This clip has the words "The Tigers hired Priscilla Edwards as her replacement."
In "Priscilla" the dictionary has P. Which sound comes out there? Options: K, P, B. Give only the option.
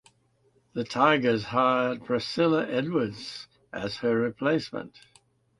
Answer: B